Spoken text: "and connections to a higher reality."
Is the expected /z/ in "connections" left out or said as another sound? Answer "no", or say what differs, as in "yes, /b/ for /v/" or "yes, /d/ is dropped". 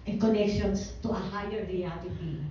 yes, /s/ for /z/